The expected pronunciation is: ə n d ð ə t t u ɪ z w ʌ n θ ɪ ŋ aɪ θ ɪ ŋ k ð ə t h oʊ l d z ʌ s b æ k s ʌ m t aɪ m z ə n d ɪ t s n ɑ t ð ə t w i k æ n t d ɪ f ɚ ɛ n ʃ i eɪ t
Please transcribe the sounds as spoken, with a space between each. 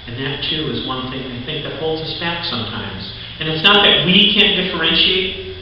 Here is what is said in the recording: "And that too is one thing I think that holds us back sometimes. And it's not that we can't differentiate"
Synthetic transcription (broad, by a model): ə n ð ə t t u ɪ z w ʌ n θ ɪ ŋ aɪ θ ɪ ŋ k ð ə t h oʊ l d z ʌ s b æ k s ʌ m t aɪ m z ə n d ɪ t s n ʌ t ð ə t w i k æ n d ɪ f ɚ ɛ n ʃ i eɪ t